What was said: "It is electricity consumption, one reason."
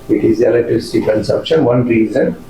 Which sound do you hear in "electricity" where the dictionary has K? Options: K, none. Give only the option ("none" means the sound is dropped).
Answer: none